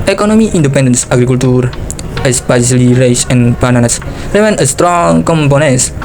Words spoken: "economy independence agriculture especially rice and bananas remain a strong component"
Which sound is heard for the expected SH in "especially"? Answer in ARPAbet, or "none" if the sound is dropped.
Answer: S